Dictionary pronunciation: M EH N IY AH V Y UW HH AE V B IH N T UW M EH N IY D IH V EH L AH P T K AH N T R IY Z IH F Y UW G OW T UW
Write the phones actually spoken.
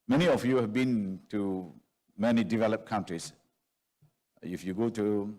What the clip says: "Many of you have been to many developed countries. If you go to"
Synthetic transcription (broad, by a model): M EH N IY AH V Y UW HH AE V B IH N T UW M EH N IY D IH V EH L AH P K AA N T R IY S IH F Y UW G OW T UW